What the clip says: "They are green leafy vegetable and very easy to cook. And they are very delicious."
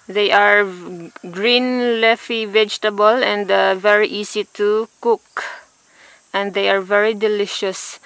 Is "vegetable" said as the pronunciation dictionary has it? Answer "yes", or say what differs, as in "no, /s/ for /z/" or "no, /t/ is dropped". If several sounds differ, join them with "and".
yes